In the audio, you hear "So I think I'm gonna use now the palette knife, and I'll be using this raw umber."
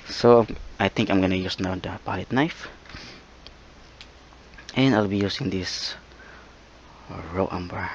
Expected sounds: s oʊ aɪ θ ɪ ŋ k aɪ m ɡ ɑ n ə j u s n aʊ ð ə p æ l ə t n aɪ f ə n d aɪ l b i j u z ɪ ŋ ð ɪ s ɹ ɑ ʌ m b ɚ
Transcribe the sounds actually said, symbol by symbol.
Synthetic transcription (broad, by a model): s oʊ aɪ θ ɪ ŋ k aɪ m ɡ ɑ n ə j u s n aʊ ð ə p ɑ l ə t n aɪ f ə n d aɪ l b i j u s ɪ ŋ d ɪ s ɹ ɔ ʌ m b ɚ